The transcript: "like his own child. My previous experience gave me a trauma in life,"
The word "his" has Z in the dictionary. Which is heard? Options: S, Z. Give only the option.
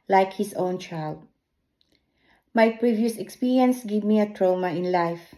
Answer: S